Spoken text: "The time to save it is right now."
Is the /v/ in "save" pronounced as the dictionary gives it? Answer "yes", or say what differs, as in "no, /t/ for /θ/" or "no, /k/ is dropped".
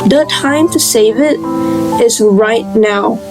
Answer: yes